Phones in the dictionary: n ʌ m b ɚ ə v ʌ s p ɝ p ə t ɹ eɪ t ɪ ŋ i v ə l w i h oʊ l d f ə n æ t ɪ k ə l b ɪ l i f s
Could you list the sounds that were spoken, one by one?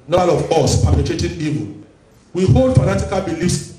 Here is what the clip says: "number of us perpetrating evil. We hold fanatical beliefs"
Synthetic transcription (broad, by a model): n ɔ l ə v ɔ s p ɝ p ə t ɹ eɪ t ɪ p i p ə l w i h oʊ l d f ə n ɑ t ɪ k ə l b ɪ l i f s